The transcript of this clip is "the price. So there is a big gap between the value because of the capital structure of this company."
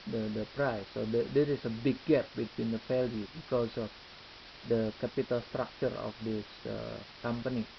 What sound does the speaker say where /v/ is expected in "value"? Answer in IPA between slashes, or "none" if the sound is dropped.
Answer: /f/